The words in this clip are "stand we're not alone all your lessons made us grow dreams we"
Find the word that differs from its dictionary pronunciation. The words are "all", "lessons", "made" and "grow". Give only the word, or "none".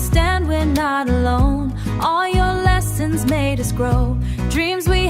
none